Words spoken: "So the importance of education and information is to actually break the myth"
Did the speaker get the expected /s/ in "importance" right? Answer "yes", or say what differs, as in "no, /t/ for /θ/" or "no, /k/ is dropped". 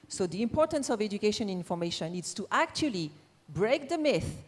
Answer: yes